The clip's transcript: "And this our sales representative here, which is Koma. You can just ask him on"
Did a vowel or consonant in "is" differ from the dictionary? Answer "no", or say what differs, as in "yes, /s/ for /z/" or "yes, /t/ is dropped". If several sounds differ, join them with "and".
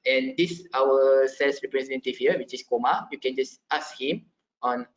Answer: yes, /s/ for /z/